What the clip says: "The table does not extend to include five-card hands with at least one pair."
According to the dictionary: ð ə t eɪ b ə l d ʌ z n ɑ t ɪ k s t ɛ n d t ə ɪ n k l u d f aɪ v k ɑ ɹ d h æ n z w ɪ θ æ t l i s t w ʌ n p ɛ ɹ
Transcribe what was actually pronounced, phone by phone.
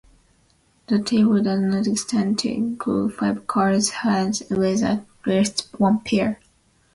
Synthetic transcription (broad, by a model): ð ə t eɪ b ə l d ʌ z n ɑ t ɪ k s t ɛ n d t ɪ k u f aɪ v k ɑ ɹ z h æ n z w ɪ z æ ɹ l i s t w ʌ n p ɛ ɹ